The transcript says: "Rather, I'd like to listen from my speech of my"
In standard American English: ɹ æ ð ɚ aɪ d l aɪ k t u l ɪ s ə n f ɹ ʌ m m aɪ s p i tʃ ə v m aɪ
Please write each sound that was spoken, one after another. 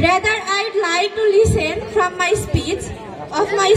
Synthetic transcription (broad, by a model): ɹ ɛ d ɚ aɪ d l aɪ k t u l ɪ s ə n f ɹ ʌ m m aɪ s p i s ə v m aɪ